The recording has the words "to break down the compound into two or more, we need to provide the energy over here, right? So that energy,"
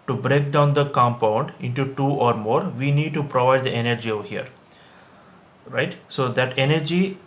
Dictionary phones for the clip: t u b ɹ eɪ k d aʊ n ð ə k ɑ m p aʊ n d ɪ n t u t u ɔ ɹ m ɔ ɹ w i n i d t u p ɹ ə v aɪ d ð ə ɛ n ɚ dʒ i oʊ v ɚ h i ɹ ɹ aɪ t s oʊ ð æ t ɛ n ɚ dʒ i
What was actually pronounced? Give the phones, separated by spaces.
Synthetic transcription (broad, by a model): t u b ɹ eɪ k d aʊ n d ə k ɑ m p aʊ n d ɪ n t u t u ɔ ɹ m ɔ ɹ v i n i d t u p ɹ ə v aɪ d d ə ɛ n ɚ dʒ i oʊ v h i ɹ ɹ aɪ t s oʊ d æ t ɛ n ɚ dʒ i